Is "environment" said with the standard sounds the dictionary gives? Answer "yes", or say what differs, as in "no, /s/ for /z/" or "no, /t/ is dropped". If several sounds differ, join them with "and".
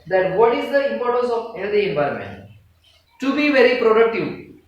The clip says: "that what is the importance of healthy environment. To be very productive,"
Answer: no, /ɹ/ is dropped